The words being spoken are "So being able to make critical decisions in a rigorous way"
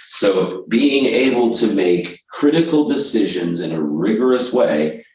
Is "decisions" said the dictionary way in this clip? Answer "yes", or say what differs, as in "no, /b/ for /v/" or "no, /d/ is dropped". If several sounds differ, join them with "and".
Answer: yes